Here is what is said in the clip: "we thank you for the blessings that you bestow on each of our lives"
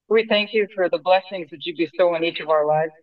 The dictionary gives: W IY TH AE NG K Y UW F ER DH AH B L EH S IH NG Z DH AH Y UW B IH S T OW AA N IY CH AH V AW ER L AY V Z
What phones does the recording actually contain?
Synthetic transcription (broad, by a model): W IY TH AE NG K Y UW F ER DH AH B L EH S IH NG Z DH AH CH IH B IH S T OW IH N IY CH AH V AW ER L AY V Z